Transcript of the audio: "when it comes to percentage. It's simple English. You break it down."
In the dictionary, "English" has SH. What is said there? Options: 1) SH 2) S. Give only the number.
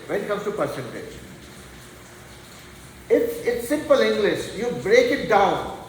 1